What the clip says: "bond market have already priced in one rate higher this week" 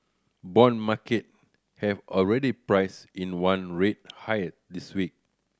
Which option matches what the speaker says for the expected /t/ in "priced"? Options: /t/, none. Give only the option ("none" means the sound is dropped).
none